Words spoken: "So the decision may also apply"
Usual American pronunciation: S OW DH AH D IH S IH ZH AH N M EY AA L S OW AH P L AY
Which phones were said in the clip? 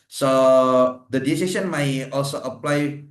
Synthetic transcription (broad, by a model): S OW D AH D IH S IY S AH N M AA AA L S OW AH P L AY